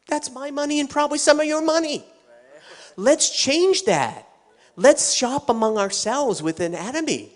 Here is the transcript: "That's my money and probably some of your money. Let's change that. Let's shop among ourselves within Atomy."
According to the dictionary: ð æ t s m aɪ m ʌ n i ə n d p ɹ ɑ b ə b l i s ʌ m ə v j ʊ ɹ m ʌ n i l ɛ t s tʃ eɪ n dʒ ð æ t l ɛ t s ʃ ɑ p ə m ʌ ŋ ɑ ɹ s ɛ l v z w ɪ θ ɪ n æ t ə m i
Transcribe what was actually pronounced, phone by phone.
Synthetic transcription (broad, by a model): ð æ t s m aɪ m ʌ n i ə n p ɹ ɑ b ə b l i s ʌ m ə v j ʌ ɹ m ʌ n i l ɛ t s tʃ eɪ n dʒ ð æ t l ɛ t s ʃ ɑ p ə m ʌ ŋ ɑ ɹ s ɛ l v z w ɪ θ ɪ n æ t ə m i